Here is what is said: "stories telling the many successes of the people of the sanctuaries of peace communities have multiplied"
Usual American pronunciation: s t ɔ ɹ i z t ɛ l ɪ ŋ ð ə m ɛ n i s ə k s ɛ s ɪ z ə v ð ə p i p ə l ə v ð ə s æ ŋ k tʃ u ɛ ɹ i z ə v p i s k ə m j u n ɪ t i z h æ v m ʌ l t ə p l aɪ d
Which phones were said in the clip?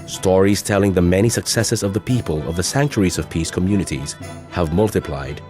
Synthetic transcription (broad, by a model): s t ɔ ɹ i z t ɛ l ɪ ŋ ð ə m ɛ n i s ə k s ɛ s ɪ z ə v ð ə p i p ə l ə v ð ə s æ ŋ k tʃ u ɹ i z ə v p i s k ə m j u n ɪ t i z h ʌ v m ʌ l t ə p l aɪ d